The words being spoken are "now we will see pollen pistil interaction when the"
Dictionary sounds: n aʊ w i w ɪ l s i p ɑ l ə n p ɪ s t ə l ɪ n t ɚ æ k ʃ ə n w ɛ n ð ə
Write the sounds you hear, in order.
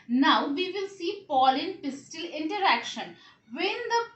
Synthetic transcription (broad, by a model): n aʊ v i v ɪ l s i p ɑ l ə n p ɪ s t ə l ɪ n t ɚ æ k ʃ ə n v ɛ n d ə